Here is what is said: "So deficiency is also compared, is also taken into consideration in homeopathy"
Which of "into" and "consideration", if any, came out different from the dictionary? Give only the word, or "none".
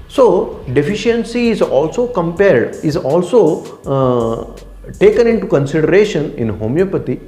none